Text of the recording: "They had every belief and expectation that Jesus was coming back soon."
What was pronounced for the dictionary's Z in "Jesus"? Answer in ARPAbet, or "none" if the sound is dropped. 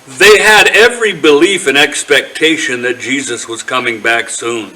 Z